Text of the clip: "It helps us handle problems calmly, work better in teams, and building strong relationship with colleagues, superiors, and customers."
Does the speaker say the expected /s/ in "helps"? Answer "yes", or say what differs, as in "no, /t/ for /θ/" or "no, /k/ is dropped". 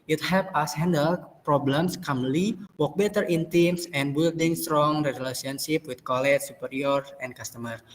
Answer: no, /s/ is dropped